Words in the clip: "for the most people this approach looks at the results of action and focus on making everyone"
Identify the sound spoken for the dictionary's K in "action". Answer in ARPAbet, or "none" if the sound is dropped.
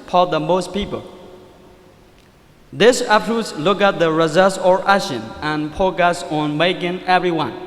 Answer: none